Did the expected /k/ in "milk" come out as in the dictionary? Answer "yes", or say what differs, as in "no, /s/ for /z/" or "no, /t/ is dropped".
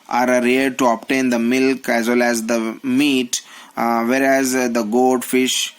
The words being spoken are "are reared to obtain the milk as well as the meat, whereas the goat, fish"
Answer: yes